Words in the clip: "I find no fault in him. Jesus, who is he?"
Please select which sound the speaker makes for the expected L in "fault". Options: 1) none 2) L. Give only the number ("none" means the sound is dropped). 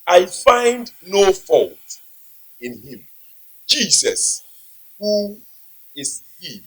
2